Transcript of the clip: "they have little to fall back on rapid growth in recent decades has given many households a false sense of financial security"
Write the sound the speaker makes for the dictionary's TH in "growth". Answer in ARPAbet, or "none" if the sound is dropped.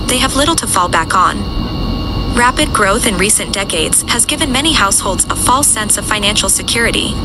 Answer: TH